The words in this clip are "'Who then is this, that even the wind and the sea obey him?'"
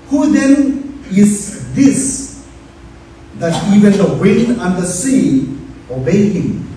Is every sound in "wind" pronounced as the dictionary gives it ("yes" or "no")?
no